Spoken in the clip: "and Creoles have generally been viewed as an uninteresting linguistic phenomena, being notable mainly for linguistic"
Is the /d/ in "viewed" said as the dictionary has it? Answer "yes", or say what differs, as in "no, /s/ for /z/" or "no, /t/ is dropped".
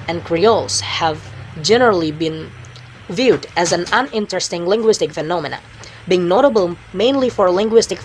yes